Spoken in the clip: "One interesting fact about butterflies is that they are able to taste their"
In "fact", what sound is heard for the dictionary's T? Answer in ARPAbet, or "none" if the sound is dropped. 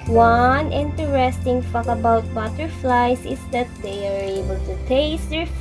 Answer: none